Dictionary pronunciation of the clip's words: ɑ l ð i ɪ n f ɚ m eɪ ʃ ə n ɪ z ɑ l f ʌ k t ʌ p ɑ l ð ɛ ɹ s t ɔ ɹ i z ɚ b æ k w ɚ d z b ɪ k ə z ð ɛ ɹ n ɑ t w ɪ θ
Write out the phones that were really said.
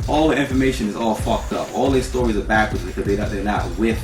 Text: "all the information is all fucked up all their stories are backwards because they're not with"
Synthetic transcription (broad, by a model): ɑ l ð i ɪ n f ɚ m eɪ ʃ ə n ɪ z ɑ l f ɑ k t ʌ p ɑ l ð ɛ s t ɔ ɹ i z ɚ b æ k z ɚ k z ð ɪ ə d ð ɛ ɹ n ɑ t w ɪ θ